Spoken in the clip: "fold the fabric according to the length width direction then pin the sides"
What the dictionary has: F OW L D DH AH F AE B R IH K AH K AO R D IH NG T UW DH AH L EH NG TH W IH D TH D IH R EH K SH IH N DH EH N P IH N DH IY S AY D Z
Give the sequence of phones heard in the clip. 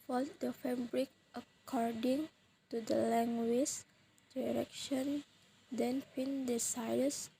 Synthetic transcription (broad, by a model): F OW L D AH F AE B R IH K AH K AO R D IH NG T UW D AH L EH NG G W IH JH D IH R EH K SH IH N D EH N F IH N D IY S AY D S